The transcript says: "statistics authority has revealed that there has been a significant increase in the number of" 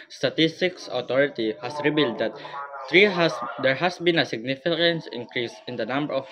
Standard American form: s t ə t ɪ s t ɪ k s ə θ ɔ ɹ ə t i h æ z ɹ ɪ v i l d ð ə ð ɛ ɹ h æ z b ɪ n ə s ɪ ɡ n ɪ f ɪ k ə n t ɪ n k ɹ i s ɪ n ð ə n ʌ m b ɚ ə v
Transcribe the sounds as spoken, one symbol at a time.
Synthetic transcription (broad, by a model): s t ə t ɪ s t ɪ k s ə t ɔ ɹ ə t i h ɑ s ɹ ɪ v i l d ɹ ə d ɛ ɹ h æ s b ɪ n ə s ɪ ɡ n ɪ f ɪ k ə n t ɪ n k ɹ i s ɪ n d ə n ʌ m b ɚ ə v